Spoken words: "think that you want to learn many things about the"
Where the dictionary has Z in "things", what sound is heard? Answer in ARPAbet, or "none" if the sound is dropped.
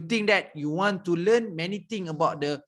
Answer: none